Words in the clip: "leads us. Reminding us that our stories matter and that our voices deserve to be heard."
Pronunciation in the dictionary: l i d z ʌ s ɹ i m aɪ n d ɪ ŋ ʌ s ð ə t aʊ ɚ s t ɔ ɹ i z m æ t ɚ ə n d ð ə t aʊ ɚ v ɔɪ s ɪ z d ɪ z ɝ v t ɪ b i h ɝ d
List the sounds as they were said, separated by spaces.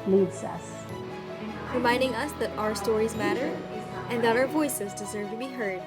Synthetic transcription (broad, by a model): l i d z ʌ s ɹ i m aɪ n d ɪ ŋ ʌ s ð ə t aʊ ɚ s t ɔ ɹ i z m æ t ɚ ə n ð ə t aʊ ɚ v ɔɪ s ɪ z d ɪ z ɝ v t ɪ b i h ɝ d